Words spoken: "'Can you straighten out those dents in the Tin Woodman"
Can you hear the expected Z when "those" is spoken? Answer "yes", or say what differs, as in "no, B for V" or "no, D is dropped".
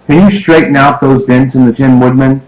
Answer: yes